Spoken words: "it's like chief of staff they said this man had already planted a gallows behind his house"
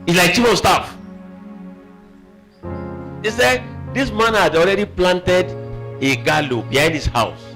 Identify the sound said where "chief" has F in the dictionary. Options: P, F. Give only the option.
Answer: P